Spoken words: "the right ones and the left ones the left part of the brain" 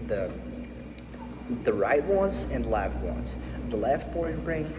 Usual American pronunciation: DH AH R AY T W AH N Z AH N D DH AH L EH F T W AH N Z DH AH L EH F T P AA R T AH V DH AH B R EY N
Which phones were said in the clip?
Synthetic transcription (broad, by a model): DH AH R AY T W AH N Z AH N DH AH L EH F T W AH N Z DH AH L EH F T B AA R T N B R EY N